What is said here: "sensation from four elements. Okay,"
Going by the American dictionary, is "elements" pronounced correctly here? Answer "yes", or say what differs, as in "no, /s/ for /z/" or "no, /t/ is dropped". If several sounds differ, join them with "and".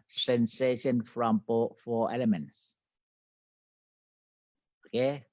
yes